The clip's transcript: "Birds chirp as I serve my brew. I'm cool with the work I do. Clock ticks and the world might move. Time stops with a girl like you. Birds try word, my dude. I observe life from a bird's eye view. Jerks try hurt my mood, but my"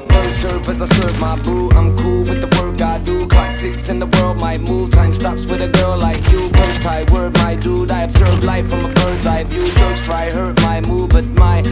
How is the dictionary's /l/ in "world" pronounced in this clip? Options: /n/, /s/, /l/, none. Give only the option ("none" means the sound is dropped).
/l/